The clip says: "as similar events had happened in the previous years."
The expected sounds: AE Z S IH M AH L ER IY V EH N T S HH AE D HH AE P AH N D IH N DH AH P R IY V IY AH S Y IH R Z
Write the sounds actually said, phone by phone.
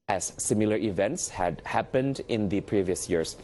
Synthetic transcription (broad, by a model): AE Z S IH M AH L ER IY V EH N T S HH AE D HH AE P AH N D IH N DH AH P R IY V IY AH S Y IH R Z